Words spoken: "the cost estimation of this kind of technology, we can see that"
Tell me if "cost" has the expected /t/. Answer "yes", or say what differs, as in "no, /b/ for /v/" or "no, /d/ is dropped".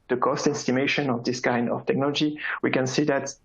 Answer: yes